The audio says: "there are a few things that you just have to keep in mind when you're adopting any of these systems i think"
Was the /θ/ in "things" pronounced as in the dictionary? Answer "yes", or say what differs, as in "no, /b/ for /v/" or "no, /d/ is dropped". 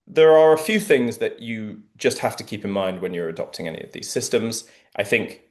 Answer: yes